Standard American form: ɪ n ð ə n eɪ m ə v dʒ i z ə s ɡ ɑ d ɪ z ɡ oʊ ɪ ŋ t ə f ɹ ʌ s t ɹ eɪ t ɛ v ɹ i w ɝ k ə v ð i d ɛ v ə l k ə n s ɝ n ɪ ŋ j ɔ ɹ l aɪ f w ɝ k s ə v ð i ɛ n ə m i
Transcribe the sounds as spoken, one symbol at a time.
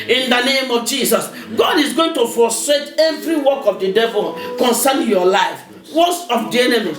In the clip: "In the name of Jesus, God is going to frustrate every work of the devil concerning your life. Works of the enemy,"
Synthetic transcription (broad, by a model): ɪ n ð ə n eɪ m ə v dʒ i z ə s ɡ ɑ d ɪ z ɡ oʊ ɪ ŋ t ə f ɔ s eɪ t ɛ v ɹ i w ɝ k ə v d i d ɛ v ə l k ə n s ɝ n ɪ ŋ j ɔ l aɪ f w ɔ s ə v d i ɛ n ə m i